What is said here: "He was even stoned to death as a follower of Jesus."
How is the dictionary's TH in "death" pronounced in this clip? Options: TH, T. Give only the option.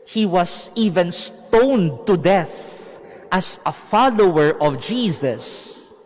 TH